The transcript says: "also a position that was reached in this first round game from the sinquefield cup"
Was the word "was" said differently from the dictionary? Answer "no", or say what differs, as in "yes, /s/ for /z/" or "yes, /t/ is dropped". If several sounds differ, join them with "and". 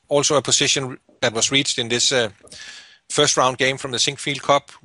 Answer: yes, /s/ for /z/